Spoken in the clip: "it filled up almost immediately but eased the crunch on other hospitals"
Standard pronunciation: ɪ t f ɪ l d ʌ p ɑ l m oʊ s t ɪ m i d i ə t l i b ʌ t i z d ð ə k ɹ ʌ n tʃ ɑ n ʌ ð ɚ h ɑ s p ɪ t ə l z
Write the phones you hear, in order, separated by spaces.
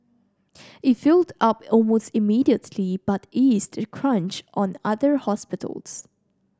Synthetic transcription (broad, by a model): ɪ t f ɪ l d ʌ p ɑ l m oʊ s t ɪ m i d i ə t l i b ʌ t i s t k ɹ ʌ n tʃ ɑ n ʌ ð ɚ h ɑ s p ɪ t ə l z